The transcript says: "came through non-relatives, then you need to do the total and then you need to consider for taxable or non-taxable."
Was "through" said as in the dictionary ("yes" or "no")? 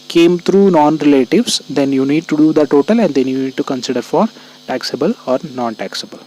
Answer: no